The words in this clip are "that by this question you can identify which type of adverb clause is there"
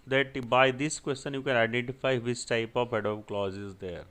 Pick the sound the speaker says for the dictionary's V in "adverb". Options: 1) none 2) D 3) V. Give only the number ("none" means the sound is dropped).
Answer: 1